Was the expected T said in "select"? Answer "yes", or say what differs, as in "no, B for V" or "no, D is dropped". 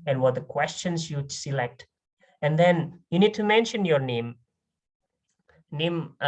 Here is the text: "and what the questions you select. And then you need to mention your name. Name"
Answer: yes